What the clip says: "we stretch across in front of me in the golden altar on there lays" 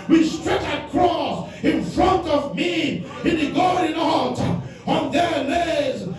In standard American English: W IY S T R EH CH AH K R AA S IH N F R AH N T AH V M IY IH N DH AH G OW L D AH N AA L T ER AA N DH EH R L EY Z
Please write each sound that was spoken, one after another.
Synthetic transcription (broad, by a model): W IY S T R EH CH AH K R AA S IH N F R AH N T AH V M IY IH N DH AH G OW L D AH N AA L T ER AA N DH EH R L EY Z